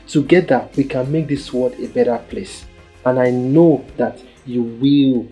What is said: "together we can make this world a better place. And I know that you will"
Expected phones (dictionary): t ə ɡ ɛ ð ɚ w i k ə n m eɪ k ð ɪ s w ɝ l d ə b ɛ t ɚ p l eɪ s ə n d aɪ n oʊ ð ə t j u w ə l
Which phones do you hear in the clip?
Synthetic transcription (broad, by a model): t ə ɡ ɛ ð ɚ w i k ə n m eɪ k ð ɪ s w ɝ d ə b ɛ t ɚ p l eɪ s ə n aɪ n oʊ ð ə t j u w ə l